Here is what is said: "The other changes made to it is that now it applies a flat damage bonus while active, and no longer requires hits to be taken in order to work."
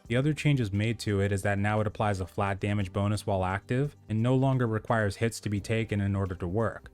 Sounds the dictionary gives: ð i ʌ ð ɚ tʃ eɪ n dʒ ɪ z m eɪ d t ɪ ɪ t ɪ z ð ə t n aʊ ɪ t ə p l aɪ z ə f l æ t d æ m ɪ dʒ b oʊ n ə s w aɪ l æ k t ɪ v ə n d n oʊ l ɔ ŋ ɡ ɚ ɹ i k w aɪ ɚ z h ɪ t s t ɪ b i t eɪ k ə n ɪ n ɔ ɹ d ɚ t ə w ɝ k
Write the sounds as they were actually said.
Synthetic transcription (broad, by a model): ð i ʌ ð ɚ tʃ eɪ n dʒ ɪ z m eɪ d t ɪ ɪ t ɪ z ð ə t n aʊ ɪ t ə p l aɪ z ə f l æ t d æ m ɪ dʒ b oʊ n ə s w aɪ l æ k t ɪ v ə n n oʊ l ɔ ŋ ɡ ɚ ɹ i k w aɪ ɚ z h ɪ t s t ɪ b i t eɪ k ə n ɪ n ɔ ɹ d ɚ t ə w ɝ k